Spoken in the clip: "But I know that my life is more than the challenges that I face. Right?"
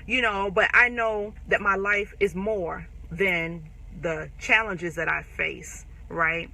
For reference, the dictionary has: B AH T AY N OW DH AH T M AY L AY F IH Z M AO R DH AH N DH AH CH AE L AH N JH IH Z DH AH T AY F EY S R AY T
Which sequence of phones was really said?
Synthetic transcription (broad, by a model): B AH T AY N OW DH AH T M AY L AY F IH Z M AO R DH AH N DH AH CH AE L AH N JH IH Z DH AH T AY F EY S R AY T